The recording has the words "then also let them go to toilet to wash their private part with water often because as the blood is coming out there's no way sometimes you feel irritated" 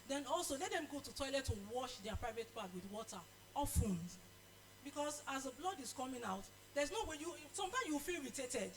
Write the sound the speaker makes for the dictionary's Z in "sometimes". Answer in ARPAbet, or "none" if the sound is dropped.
none